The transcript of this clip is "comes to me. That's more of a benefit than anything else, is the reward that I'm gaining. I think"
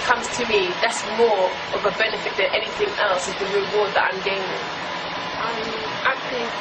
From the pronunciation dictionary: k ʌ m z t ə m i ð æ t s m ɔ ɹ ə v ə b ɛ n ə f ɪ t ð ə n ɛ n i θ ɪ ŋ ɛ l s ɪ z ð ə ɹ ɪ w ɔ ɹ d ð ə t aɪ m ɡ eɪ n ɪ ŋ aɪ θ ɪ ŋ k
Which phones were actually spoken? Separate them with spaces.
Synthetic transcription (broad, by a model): k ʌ m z t ə m i ð æ t s m ɔ ɹ ə v ə b ɛ n ə f ɪ t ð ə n ɛ n i θ ɪ ŋ ɛ l s ɪ z ð ə ɹ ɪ w ɔ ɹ d ð ə t aɪ m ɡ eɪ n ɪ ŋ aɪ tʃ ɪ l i